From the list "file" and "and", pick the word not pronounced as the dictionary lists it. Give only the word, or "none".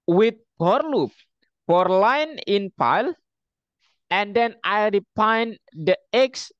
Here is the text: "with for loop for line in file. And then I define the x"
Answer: file